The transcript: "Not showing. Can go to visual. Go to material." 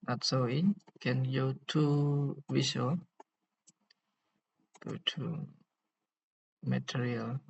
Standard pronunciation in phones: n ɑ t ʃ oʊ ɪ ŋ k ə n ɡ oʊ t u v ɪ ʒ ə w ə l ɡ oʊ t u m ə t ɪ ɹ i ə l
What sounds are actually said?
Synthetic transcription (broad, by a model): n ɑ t s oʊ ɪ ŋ k ə n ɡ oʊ t u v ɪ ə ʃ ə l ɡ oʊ t u m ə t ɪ ɹ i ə l